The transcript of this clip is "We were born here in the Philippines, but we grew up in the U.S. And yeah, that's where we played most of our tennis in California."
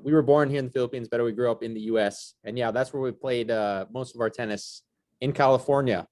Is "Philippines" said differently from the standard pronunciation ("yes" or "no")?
no